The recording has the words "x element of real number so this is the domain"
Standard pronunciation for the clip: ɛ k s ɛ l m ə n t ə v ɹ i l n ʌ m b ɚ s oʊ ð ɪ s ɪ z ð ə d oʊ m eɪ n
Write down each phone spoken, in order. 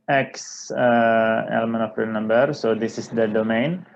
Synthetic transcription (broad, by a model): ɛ k s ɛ l m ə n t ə p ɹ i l n ʌ m b ɚ s oʊ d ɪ s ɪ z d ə d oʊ m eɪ n